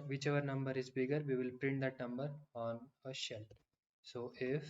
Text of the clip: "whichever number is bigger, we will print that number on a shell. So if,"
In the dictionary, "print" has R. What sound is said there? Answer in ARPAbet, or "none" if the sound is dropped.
R